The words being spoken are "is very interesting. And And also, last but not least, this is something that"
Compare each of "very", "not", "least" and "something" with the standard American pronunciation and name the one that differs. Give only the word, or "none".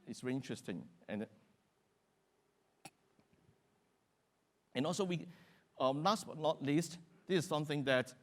very